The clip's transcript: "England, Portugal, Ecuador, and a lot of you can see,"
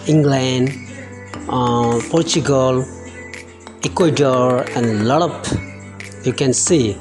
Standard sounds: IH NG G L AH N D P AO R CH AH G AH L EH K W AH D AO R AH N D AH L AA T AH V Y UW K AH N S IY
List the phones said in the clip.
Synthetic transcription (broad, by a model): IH NG G L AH N D P AO R CH AH G AH L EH K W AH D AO R AH N D L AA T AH P Y UW K AH N S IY